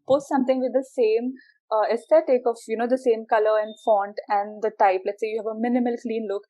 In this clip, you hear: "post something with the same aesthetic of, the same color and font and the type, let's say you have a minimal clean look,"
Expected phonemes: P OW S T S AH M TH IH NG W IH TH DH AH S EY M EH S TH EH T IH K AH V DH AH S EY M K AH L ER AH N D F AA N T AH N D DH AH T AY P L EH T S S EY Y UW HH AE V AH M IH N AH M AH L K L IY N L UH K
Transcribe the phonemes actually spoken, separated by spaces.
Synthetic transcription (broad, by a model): P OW S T S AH M T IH NG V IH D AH S EY M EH S T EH T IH K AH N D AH S EY M K AH L ER AH N D F AA N T AH N D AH T AY P L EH T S S EY Y UW HH AE V AH M IH N AH M AH L K L IY N L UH K